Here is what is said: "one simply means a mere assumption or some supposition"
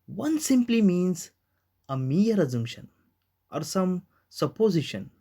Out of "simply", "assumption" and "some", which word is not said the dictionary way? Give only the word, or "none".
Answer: assumption